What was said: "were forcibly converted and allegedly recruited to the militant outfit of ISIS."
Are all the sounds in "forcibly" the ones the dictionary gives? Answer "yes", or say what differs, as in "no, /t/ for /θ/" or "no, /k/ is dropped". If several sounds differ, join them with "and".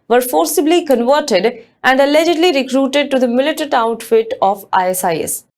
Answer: yes